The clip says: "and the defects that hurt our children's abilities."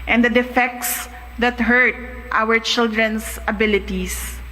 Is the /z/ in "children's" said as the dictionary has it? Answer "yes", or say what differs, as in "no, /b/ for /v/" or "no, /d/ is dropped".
no, /s/ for /z/